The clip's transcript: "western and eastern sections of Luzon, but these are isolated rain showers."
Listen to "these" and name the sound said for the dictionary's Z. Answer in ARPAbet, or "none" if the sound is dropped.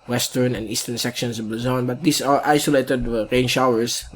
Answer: S